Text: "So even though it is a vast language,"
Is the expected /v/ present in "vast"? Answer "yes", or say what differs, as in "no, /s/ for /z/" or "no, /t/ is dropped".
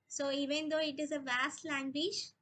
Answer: yes